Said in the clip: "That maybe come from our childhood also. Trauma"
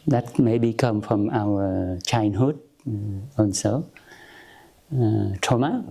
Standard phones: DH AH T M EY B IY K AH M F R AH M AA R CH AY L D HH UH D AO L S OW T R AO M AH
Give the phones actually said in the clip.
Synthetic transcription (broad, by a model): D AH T M EY B IY K AH M F R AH M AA W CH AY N HH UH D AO N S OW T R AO M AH